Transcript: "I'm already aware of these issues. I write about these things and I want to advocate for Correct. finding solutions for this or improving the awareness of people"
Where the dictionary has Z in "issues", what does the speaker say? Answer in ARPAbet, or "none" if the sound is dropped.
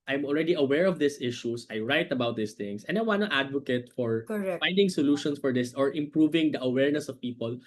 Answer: S